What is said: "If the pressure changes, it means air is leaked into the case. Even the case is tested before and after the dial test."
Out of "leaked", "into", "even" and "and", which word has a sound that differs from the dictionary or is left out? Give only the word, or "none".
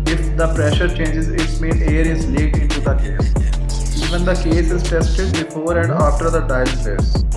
leaked